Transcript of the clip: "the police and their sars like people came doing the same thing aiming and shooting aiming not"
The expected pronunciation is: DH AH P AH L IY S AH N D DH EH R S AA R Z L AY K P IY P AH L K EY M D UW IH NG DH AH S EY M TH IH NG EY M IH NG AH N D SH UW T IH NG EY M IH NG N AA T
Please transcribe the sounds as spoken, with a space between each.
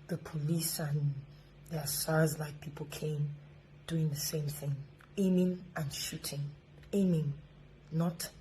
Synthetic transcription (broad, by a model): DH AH P AH L IY S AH N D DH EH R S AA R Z L AY K P IY P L K EY M D UW IH NG DH AH S EY M TH IH NG EY M IH NG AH N SH UW T IH NG EY M IH NG N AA T